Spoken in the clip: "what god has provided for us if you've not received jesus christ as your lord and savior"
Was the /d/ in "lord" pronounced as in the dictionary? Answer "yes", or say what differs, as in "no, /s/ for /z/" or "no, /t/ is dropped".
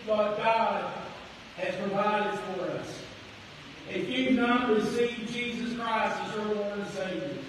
no, /d/ is dropped